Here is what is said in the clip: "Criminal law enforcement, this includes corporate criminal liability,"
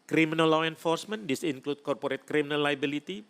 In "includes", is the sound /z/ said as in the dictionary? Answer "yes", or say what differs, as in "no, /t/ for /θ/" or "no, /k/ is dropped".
no, /z/ is dropped